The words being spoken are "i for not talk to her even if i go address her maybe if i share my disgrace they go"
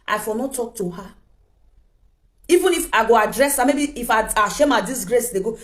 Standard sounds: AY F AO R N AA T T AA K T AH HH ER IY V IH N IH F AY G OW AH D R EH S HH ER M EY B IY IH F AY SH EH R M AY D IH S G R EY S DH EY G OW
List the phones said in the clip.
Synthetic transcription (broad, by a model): AY F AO L N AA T T AA K T AH HH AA IY V IH N IH F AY G OW AH D R EH S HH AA M EY B IY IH F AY SH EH M AY D IH S G R EY S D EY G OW